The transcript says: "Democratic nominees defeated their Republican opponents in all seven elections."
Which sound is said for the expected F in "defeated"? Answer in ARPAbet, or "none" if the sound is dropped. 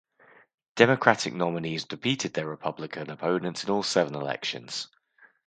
P